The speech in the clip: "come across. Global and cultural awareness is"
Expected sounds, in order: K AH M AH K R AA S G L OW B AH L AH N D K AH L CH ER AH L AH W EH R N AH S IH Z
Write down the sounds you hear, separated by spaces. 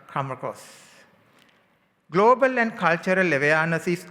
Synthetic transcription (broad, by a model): K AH M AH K AA S G L OW B AH L AH N D K AH L CH ER AH L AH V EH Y N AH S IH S